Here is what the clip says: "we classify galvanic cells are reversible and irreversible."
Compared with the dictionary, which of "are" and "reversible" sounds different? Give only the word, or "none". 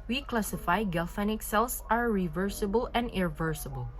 none